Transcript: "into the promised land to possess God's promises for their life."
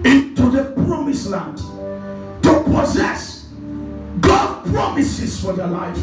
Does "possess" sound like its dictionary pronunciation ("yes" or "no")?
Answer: yes